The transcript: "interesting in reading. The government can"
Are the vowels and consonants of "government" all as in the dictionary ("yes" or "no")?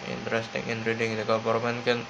no